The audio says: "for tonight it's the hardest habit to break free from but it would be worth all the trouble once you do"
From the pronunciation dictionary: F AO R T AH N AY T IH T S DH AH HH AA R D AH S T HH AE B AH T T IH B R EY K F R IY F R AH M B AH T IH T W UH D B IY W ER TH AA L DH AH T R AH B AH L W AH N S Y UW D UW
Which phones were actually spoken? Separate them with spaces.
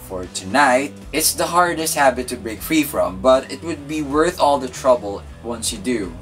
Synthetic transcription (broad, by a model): F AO R T AH N AY T IH T S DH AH HH AA R D AH S T HH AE B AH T T IH B R EY K F R IY F R AH M B AH T IH T W UH D B IY W ER TH AA L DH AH T R AH B AH L W AH N S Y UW D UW